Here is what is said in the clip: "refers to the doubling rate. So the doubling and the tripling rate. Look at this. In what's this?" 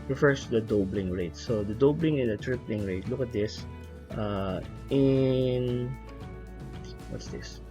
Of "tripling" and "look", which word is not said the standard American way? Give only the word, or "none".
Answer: none